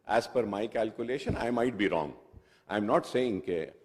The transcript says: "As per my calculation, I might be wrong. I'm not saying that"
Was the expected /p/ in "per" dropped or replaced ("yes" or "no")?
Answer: yes